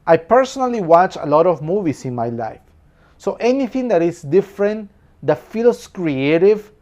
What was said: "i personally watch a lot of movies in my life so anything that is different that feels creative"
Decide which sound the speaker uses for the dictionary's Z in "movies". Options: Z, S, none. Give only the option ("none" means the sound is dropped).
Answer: S